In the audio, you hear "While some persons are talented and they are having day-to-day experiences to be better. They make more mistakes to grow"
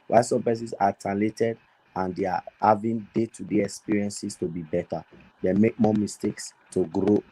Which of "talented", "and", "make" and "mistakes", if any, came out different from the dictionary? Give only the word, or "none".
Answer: talented